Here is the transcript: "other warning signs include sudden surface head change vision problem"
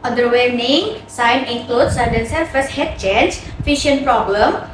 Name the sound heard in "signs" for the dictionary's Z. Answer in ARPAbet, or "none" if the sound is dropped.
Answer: none